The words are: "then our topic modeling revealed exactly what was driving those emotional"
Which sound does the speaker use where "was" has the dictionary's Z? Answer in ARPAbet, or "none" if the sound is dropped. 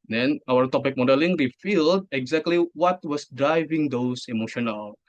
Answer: S